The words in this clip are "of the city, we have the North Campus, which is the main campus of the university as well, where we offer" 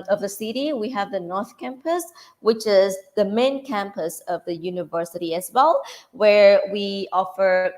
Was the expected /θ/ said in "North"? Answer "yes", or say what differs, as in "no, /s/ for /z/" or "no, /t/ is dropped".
yes